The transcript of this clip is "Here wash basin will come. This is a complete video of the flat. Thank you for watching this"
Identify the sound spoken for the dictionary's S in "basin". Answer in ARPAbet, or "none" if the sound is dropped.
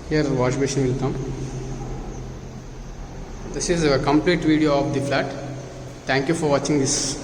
SH